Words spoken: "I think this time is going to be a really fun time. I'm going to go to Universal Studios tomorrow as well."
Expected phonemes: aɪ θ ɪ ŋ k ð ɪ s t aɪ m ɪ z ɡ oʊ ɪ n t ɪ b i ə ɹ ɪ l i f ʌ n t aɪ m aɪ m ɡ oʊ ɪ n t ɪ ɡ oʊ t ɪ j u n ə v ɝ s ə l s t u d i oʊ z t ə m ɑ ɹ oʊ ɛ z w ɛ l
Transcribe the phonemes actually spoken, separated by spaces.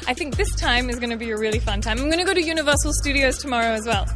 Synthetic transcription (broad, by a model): aɪ θ ɪ ŋ k ð ɪ s t aɪ m ɪ z ɡ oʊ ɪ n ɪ b i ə ɹ ɪ l i f ʌ n t aɪ m aɪ m ɡ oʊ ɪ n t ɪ ɡ oʊ t ɪ j u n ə v ɝ s l s t u d i oʊ z t ə m ɑ ɹ oʊ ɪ z w ɛ l